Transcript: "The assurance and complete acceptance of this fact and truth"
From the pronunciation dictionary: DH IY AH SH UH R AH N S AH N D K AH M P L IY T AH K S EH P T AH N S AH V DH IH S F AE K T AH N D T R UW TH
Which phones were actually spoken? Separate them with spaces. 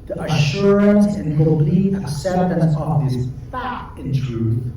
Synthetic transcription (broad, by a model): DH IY AH SH UH R AH N S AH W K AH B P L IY AH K S EH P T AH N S AH V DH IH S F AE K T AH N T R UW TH